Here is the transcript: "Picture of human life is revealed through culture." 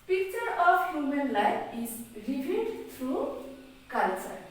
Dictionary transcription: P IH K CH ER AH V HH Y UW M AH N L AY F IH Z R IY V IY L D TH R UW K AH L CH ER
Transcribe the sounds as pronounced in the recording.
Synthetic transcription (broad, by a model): P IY K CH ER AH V HH Y UW M AH N L AY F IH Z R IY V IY N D T R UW K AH L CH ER